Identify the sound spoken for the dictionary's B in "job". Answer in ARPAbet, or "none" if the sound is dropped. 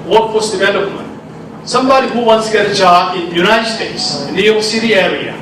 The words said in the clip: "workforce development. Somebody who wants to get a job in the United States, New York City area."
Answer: none